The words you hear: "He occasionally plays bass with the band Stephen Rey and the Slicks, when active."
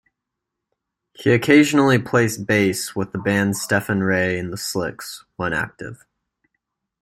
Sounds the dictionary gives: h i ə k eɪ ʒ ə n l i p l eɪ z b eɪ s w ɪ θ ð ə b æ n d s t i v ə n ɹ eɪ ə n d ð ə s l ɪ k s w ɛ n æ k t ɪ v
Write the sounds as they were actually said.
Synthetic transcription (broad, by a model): h i ə k eɪ ʒ ə n l i p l eɪ s b eɪ s w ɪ ð ə b æ n d s t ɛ f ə n ɹ eɪ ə n ð ə s l ɪ k s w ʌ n æ k t ɪ v